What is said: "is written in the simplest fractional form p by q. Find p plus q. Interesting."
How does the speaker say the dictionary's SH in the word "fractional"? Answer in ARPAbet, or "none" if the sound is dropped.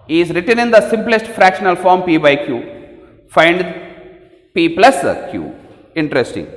SH